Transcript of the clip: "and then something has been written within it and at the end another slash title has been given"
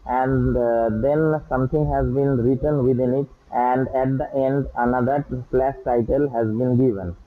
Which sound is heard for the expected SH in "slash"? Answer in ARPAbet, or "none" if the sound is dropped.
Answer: S